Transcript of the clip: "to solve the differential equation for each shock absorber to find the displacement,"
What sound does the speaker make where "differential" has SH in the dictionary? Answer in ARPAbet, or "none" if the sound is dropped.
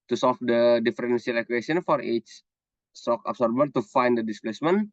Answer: S